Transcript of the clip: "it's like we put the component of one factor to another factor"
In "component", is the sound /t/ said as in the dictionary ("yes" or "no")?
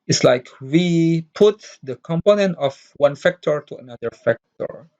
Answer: yes